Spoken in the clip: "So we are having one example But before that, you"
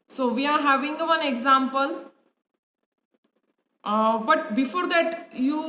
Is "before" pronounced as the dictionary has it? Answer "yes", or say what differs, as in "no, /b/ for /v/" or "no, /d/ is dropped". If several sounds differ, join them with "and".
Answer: yes